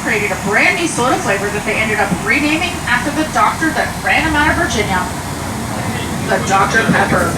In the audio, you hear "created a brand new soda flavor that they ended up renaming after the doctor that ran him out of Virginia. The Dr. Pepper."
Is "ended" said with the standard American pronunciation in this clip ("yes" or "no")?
yes